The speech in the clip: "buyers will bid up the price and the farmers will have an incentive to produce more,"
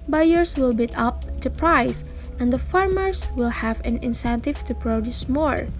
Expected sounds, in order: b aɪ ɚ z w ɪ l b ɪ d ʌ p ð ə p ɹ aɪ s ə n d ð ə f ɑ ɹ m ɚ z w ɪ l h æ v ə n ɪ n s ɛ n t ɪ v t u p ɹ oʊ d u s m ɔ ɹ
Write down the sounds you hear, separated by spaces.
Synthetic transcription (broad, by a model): b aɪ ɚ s w ɪ l b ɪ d ʌ p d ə p ɹ aɪ s ə n d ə f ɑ ɹ m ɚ s w ɪ l h æ v ə n ɪ n s ɛ n t ɪ v t u p ɹ oʊ d u s m ɔ ɹ